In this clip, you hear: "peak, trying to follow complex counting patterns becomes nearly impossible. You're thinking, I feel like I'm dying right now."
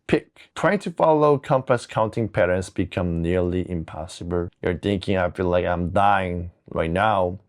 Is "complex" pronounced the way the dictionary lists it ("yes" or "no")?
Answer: no